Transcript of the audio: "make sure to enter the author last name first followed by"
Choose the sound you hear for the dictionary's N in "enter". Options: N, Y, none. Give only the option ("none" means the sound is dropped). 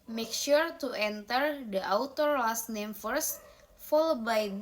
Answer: N